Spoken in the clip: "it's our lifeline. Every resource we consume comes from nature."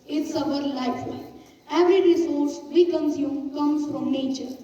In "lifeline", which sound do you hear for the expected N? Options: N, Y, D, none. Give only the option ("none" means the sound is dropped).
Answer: none